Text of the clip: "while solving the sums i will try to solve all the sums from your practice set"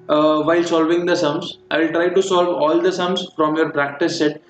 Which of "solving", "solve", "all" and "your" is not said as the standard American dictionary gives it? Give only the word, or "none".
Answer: none